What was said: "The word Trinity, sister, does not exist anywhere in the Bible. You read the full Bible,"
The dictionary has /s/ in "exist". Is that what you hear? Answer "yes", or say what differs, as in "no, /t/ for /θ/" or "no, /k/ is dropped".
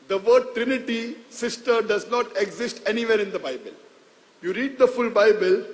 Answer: yes